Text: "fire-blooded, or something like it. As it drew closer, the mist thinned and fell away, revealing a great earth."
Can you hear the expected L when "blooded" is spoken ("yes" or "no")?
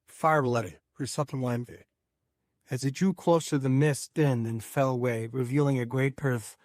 no